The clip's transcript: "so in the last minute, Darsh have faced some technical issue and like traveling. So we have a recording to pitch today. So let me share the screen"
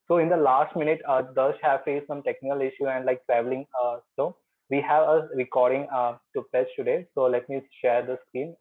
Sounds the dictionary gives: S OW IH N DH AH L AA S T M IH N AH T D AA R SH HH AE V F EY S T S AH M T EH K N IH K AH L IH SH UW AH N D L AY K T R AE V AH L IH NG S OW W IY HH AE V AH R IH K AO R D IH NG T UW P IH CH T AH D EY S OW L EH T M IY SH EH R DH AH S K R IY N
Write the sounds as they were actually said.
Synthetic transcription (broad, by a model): S OW IH N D AH L AA S T M IH N AH T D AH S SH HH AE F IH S S AH M T EH K N IH K AH L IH SH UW AH N D L AY K T R AE V AH L IH NG S OW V IY HH AE V AH R IH K AO R D IH NG T UW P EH S T AH D EY S OW L EH T M IY SH EH R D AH S K R IY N